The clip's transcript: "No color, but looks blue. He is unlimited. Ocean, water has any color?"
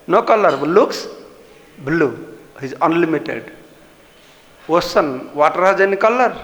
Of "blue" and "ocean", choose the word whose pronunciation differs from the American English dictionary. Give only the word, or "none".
ocean